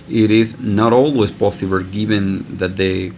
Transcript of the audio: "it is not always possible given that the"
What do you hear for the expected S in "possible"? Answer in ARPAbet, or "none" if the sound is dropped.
TH